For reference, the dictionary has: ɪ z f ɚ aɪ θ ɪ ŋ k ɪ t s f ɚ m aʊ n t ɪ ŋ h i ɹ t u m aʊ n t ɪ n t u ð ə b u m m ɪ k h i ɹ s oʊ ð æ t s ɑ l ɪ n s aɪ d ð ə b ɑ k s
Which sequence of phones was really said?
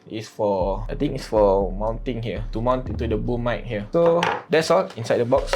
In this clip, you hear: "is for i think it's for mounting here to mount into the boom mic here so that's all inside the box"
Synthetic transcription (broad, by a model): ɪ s f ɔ aɪ t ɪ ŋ ɪ t s f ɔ m aʊ n t ɪ ŋ h i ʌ t u m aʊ n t ɪ n t u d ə b u m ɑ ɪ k h i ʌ s oʊ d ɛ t s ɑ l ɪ n s aɪ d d ə b ɑ k s